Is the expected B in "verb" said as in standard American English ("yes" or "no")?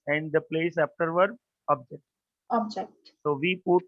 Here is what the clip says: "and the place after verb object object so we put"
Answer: no